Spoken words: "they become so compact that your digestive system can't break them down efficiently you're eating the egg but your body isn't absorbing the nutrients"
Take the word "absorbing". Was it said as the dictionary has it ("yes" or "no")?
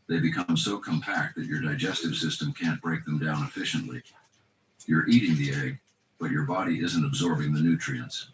yes